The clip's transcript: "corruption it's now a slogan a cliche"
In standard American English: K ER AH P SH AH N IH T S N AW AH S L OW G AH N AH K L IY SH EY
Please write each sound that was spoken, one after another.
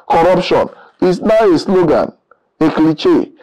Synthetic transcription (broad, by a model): K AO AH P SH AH N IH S N AW AH S L OW G AH N AH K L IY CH EY